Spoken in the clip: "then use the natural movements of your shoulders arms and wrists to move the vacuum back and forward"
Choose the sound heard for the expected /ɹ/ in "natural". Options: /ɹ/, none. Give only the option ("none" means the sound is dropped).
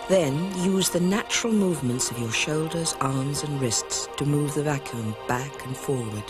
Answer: /ɹ/